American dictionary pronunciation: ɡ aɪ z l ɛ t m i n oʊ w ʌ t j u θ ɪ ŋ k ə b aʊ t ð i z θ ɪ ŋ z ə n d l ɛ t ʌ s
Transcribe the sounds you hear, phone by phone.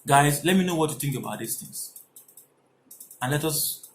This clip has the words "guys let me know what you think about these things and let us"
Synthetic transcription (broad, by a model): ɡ aɪ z l ɛ t m i n oʊ w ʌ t j u θ ɪ ŋ k ə b aʊ t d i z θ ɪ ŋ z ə n l ɛ t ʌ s